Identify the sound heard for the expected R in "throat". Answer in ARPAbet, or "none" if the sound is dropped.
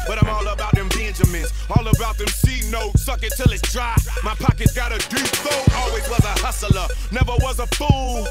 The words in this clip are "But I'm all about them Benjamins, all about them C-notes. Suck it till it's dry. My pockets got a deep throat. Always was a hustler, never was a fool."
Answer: none